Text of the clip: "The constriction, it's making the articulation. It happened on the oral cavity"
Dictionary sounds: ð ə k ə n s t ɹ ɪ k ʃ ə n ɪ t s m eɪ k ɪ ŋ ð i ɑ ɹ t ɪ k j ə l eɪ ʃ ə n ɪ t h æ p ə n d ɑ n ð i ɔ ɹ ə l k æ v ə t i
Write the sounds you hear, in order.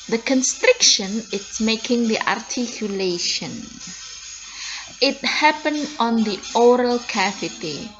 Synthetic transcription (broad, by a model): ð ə k ə n s t ɹ ɪ k ʃ ə n ɪ t s m eɪ k ɪ ŋ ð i ɑ ɹ t ɪ k j ə l eɪ ʃ ə n ɪ t h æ p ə n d ɑ n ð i ɔ ɹ ə l k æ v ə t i